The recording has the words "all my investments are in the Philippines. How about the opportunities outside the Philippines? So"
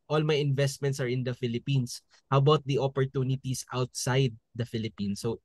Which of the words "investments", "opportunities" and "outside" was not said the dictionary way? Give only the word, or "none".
opportunities